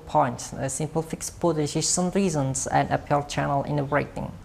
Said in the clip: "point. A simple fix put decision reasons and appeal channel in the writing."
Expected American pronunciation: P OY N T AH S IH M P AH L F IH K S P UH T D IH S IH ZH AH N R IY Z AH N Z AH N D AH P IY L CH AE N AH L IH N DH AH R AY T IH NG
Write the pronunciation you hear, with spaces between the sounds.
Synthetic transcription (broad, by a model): P OY N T AH S IH M P AH L F IH K S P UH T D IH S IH S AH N R IY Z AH N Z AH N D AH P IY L CH AE N AH L IH N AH R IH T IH NG